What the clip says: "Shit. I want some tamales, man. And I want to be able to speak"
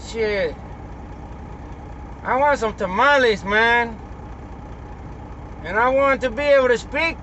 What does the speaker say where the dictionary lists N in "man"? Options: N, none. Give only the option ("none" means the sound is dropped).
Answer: N